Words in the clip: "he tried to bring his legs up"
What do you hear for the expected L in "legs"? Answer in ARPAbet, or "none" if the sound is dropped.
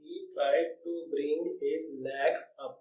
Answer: N